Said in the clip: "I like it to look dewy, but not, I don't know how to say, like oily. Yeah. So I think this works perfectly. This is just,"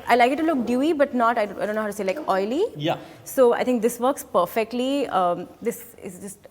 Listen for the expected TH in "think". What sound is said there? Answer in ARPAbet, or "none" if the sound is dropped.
T